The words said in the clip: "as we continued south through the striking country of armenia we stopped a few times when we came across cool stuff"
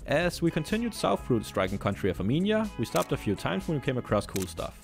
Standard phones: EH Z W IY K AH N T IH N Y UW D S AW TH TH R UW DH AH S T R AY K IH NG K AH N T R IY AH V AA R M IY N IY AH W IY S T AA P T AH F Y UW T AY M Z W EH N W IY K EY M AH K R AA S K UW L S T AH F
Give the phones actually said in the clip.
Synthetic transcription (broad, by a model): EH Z W IY K AH N T IH N Y UW D S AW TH F R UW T S T R AY K IH NG K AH N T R IY AH V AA M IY N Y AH W IY S T AA P T AH F Y UW T AY M Z W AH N W IY K EY M AH K R AA S K UW L S T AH F